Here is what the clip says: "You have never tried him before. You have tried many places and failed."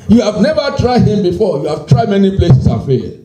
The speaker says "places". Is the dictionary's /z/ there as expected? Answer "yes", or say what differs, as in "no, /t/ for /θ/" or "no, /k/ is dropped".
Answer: no, /s/ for /z/